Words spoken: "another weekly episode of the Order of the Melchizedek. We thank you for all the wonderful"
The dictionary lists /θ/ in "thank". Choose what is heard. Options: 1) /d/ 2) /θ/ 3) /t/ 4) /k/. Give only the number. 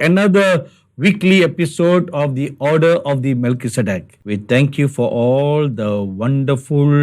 3